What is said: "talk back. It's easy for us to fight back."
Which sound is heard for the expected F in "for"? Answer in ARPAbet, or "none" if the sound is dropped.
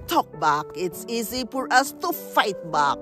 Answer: P